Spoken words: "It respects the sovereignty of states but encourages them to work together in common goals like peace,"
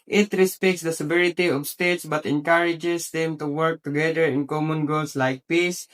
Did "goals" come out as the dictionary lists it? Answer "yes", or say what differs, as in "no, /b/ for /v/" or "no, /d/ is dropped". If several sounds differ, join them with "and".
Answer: no, /s/ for /z/